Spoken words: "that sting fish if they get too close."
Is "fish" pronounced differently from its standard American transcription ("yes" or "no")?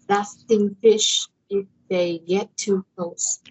no